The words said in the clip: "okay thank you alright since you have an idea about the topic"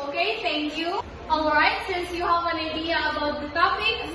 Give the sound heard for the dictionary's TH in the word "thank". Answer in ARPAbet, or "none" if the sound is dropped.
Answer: T